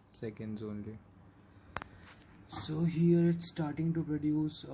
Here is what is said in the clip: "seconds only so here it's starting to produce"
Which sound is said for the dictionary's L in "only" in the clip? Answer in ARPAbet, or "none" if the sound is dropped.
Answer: L